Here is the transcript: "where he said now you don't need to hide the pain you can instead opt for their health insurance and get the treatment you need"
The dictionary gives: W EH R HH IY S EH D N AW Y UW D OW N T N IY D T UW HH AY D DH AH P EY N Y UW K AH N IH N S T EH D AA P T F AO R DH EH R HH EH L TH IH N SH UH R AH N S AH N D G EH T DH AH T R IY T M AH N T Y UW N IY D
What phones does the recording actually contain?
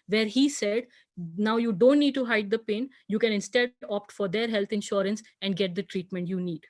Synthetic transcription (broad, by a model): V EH R HH IY S EH D N AW Y UW D OW N T N IY D T UW HH AY D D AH P EY N Y UW K AH N IH N S T EH D AA P T F AO R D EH R HH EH L T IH N SH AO R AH N S AH N D G EH T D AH T R IY T M AH N T Y UW N IY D